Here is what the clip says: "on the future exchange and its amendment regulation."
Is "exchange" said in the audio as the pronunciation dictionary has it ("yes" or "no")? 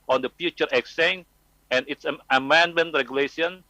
no